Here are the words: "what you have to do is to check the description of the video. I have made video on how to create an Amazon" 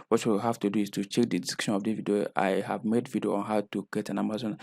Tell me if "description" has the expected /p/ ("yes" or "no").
no